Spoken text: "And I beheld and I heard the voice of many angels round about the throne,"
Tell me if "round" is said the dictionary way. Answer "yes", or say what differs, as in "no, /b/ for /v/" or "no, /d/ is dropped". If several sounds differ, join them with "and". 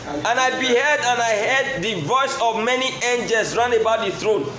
no, /d/ is dropped